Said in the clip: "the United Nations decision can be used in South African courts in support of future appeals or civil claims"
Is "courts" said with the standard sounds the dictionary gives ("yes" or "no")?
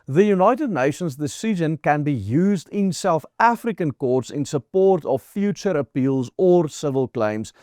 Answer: yes